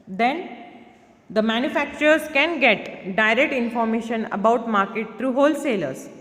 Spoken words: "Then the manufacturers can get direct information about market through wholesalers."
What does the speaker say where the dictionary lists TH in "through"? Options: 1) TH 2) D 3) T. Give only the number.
3